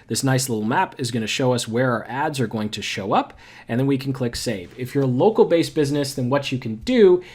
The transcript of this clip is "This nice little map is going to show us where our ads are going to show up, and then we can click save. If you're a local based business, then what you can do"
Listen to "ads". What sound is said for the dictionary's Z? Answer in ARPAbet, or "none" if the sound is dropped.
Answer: Z